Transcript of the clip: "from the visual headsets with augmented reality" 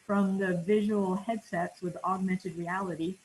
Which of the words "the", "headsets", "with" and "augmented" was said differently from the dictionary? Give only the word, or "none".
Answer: none